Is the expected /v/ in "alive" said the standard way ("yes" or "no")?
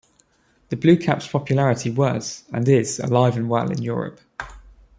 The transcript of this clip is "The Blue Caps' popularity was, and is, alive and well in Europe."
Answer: yes